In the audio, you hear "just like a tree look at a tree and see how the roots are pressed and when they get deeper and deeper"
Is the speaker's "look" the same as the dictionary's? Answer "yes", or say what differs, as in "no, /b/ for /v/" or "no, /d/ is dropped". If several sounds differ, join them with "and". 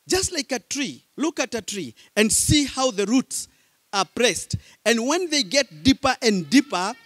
yes